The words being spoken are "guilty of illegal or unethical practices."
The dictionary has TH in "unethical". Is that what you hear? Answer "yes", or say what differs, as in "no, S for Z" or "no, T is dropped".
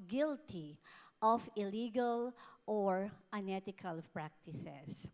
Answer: no, T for TH